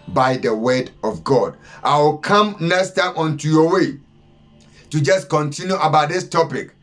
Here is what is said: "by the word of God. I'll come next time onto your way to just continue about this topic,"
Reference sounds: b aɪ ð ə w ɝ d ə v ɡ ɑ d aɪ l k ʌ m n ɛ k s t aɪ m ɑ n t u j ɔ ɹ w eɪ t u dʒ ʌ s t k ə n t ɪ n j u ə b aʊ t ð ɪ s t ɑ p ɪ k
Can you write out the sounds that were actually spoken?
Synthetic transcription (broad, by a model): b aɪ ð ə w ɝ d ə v ɡ ɑ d aɪ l k ʌ m n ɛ s t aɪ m ɑ n t u j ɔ w eɪ t u dʒ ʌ s k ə n t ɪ n j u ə b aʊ t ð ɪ s t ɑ p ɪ k